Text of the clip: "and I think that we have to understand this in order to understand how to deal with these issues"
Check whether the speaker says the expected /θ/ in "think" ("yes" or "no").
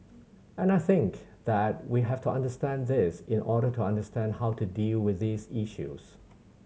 yes